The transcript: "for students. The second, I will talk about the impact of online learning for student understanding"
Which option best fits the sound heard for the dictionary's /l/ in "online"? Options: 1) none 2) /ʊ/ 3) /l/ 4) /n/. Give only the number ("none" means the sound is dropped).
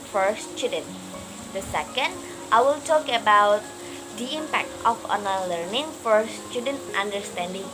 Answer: 1